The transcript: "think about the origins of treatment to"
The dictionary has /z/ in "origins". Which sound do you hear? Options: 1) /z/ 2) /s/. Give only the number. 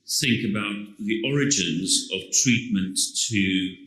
1